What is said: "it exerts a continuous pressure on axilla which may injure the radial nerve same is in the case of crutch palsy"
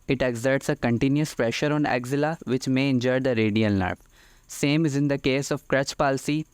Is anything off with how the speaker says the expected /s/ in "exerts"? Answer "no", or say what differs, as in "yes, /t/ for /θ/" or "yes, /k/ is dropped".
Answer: no